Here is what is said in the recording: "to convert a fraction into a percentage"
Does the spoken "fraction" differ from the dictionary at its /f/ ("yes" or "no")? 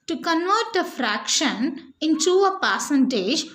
no